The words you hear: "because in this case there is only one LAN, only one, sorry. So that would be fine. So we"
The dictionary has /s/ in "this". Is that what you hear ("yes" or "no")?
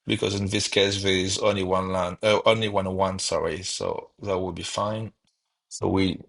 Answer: yes